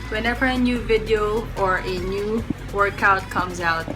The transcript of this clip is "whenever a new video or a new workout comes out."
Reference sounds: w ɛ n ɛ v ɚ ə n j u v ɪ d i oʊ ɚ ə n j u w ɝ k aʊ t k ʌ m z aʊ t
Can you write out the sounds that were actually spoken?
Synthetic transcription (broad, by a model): w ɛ n ɛ v ɚ ə n j u v ɪ d i oʊ ɚ ə n j u w ɝ k aʊ t k ʌ m z aʊ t